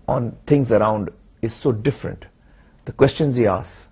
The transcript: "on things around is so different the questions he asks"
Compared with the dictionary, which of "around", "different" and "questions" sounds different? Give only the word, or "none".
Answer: none